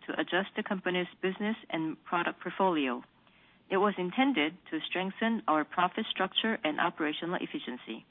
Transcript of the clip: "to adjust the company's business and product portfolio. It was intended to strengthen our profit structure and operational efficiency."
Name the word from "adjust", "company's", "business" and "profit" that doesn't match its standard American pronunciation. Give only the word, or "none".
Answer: none